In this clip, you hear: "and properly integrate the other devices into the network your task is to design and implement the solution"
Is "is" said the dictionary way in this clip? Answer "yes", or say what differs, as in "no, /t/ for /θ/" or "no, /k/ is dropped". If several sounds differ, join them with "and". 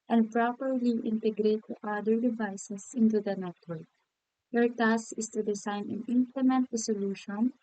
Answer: no, /s/ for /z/